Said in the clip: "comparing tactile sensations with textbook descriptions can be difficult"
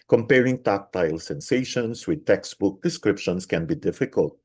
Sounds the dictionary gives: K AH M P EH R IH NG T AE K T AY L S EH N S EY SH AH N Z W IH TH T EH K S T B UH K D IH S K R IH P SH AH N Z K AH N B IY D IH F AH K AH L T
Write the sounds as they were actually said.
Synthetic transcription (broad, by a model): K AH M P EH R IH NG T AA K T AY L S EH N S EY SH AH N S W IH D T EH K S T B UH K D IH S K R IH P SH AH N S K AH N B IY D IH F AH K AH L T